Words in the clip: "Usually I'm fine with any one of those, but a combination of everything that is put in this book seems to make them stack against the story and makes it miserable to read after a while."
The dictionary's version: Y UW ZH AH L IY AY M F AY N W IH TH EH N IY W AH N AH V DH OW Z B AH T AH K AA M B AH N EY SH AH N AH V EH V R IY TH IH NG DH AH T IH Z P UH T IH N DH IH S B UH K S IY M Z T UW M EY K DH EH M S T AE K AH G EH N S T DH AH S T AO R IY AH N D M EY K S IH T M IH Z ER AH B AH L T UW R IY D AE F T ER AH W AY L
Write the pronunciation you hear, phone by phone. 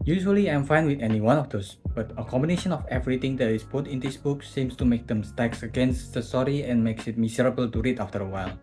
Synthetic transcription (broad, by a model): Y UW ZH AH L IY AY M F AY N W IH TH EH N IY W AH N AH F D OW S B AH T AH K AA M B AH N EY SH AH N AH F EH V R IY T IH NG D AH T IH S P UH T IH N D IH S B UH K S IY M S T UW M EY K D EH M S T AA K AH G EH N S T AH S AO R IY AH N M EY K S IH T M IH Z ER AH B AH L T UW R IY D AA F T ER AH W AY L